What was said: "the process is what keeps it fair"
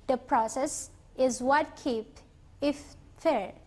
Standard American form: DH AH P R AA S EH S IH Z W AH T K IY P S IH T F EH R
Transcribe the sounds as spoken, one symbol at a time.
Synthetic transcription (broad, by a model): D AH P R AA S EH S IH Z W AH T K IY P IH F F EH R